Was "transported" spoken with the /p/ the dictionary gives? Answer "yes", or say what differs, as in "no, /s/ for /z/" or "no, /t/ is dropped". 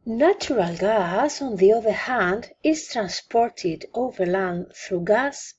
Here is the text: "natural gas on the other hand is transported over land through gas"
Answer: yes